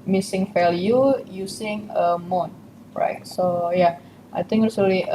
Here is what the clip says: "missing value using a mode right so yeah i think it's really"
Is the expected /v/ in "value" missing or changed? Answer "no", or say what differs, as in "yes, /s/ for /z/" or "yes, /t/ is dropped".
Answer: yes, /f/ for /v/